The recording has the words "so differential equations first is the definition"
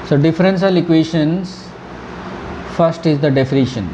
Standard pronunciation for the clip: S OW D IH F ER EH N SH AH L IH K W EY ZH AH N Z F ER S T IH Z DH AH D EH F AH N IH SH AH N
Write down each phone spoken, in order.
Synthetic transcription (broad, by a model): S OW D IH F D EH N S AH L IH K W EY SH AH N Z F ER S T IH Z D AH D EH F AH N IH SH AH N